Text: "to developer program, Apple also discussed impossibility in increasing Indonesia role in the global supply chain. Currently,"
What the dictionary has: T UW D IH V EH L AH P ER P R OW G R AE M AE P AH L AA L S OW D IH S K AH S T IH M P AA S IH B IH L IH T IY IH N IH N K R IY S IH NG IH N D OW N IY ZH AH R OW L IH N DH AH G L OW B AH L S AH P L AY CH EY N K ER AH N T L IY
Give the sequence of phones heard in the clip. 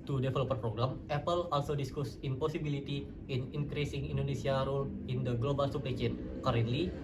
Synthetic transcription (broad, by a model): T UW D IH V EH L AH P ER P R OW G R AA M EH P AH L AA L S OW D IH S K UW S IH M P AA S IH B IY L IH T IY IH N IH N K R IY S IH NG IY N D OW N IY S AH R OW L IH N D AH G L OW B AH L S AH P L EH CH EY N K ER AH N L IY